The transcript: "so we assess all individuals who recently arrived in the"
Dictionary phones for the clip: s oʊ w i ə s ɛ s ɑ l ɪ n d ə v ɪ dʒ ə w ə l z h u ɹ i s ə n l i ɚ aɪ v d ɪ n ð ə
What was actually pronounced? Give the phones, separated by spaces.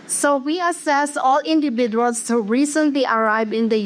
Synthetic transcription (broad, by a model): s oʊ w i ə s ɛ s ɑ l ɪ n d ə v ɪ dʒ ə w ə l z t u ɹ i s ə n l i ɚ aɪ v ɪ n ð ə